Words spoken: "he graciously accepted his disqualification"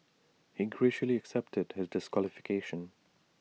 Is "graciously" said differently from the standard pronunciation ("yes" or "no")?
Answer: yes